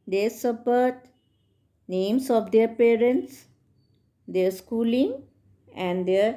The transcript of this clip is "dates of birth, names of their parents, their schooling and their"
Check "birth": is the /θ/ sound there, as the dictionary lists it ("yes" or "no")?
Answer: no